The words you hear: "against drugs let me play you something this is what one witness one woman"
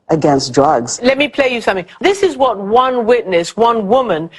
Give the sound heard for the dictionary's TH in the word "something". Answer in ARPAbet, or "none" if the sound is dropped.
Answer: TH